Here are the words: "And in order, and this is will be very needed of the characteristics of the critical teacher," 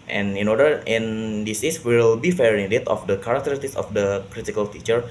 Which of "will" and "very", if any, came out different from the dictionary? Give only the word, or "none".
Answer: very